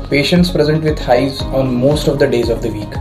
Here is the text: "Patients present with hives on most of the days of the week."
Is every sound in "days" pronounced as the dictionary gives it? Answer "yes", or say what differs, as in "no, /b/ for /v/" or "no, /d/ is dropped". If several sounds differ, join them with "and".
yes